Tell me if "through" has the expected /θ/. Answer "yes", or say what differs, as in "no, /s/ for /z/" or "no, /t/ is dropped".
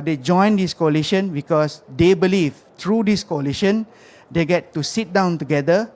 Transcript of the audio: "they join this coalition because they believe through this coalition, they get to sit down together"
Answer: no, /t/ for /θ/